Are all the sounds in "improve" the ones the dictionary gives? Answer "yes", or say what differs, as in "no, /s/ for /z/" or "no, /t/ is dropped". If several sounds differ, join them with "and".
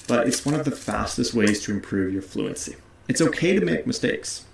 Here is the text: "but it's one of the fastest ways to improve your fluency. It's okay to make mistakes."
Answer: yes